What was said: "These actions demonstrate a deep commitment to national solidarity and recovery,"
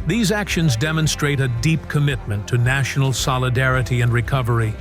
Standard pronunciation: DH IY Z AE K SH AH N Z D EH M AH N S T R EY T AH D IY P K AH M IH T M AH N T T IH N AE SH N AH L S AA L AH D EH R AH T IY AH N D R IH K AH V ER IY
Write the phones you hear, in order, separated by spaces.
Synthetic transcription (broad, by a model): DH IY Z AE K SH AH N Z D EH M AH N S T R EY T AH D IY P K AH M IH T M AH N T T IH N AE SH N L S AA L AH D EH R AH T IY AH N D R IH K AH V ER IY